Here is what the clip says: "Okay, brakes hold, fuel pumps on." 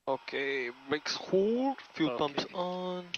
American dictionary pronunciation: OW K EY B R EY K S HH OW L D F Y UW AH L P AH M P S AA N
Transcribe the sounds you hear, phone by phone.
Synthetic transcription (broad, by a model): OW K EY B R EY K S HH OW D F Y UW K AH M S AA N